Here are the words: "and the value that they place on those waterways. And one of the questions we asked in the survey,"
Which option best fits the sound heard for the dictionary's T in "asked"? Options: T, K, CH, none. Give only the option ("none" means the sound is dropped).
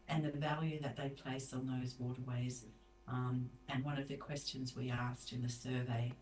T